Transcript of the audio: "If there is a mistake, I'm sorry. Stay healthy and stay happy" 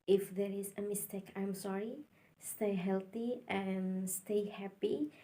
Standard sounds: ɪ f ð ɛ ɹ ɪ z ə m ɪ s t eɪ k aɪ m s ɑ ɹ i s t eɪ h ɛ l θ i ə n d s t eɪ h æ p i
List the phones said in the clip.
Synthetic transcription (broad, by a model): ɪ f ð ɛ ɹ ɪ z ə m ɪ s t eɪ k aɪ m s ɑ ɹ i s t eɪ h ɛ l θ i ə n s t eɪ h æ p i